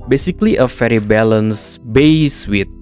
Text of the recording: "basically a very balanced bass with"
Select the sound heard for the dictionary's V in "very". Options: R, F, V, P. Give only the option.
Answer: F